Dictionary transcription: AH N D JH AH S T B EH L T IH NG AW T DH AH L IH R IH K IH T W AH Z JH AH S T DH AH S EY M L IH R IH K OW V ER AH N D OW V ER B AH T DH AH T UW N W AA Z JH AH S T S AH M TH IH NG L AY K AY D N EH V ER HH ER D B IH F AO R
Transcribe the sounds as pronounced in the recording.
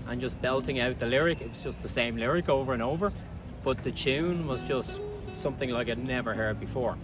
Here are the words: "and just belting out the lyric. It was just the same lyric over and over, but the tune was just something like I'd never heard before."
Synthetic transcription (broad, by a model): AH N JH AH S B EH L T IH NG AW T DH AH L IH R IH K IH T W AH Z JH AH S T DH AH S EY M L IH R IH K OW V ER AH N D OW V ER B AH T DH AH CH UW N W AA Z JH AH S T S AH M TH IH NG L AY K AY D N EH V ER HH ER D B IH F AO R